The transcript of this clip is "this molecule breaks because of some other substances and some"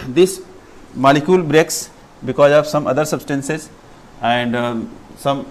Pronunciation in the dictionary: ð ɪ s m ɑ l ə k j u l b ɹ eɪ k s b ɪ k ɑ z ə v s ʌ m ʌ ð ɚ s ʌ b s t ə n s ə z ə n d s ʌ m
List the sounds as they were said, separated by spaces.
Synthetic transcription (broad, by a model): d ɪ s m ɑ l ə k j u l b ɹ eɪ k s b ɪ k ɑ z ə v s ʌ m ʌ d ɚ s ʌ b s t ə n s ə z ə n d s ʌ m